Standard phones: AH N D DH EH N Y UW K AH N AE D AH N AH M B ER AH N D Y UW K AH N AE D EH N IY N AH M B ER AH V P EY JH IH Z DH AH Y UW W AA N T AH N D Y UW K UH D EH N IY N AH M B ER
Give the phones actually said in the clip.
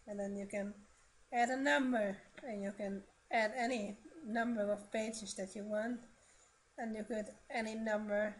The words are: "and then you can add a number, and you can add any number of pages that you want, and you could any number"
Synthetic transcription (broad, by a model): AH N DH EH N Y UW K AH N AE D AH N AH M B ER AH N Y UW K AH N AE D EH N IY N AH M B ER AH V P EY JH IH Z DH AH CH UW W AA N T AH N Y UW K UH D EH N IY N AH M B ER